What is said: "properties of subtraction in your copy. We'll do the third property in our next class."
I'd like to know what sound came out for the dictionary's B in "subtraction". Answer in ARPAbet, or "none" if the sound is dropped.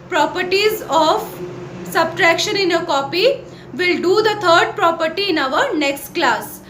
B